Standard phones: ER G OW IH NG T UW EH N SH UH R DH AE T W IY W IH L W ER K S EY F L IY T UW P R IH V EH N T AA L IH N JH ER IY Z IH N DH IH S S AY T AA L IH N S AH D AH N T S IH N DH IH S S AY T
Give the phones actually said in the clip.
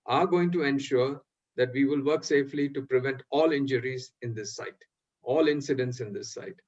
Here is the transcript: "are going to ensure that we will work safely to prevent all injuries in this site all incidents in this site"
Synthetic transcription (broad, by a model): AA G OW IH NG T UW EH N SH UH R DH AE T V IY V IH L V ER K S EY F L IY T UW P R IH V EH N T AA L IH N JH ER IY Z IH N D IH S S AY T AA L IH N S AH D AH N T S IH N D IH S S AY T